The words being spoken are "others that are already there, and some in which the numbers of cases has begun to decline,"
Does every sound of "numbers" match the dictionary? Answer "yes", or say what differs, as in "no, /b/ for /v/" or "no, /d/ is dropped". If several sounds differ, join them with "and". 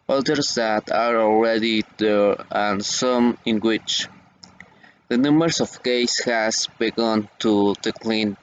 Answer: no, /b/ is dropped